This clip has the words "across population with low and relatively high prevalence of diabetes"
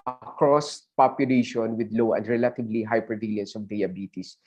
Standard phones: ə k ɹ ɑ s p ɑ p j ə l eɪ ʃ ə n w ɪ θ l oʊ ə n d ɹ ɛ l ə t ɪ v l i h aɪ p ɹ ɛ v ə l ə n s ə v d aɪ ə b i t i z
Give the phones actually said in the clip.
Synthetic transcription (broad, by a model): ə k ɹ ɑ s p ɑ p j ə l eɪ ʃ ə n w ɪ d l oʊ ə n d ɹ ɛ l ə t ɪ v l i h aɪ p ɛ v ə l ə n s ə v d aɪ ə b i t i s